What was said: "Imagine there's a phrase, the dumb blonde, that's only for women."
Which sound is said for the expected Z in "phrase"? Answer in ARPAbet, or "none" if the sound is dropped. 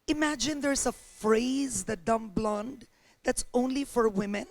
Z